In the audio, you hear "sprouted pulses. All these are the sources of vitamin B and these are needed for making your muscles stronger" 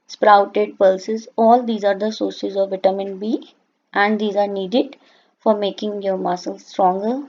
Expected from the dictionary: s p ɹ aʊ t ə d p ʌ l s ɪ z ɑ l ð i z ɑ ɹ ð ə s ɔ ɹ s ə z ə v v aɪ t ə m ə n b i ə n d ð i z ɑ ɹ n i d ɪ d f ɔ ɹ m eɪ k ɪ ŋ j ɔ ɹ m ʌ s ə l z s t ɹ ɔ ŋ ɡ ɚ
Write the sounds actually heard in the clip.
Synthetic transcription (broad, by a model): s p ɹ aʊ t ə d p ʌ l s ɪ z ɑ l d i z ɑ ɹ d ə s ɔ ɹ s ə z ə v v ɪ t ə m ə n b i ə n d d i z ɑ ɹ n i d ɪ d f ɔ ɹ m eɪ k ɪ ŋ j ɔ ɹ m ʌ s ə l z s t ɹ ɔ ŋ ɡ ɚ